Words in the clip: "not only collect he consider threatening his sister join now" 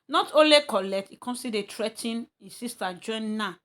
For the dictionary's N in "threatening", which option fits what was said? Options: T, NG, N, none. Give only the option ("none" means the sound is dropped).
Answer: none